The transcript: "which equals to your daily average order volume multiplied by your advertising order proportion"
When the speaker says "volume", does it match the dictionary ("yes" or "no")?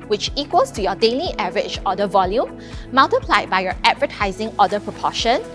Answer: yes